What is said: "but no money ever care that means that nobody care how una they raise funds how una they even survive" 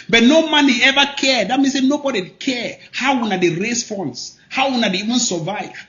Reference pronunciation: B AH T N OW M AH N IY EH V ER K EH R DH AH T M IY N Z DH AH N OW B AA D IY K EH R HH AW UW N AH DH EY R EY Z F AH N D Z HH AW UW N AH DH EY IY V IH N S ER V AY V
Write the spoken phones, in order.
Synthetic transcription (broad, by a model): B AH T N OW M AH N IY EH V ER K EH R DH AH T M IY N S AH N OW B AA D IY K EH R HH AW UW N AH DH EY R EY S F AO N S HH AW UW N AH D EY IY V IH N S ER V AY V